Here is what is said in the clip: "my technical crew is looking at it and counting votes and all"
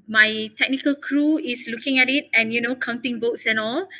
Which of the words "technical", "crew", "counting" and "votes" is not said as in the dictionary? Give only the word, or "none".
votes